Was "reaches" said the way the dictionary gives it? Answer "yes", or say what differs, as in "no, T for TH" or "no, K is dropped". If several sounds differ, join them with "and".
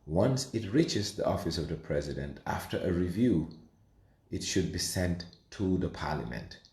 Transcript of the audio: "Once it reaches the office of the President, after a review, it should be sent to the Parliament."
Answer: yes